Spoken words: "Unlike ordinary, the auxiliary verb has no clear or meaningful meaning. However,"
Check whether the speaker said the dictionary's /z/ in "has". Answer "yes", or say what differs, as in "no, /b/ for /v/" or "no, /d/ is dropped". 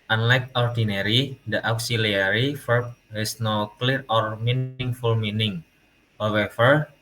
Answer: no, /s/ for /z/